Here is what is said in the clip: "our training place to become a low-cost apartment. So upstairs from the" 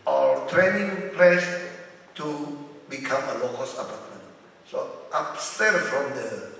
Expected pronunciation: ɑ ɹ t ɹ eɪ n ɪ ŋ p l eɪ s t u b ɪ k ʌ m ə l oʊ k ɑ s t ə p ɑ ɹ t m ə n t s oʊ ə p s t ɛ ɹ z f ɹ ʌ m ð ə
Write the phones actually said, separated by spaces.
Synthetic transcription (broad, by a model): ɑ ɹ t ɹ eɪ n ɪ ŋ p l eɪ s t u b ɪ k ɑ m ə l oʊ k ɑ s ə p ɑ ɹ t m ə n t s oʊ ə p s t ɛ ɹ f ɹ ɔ m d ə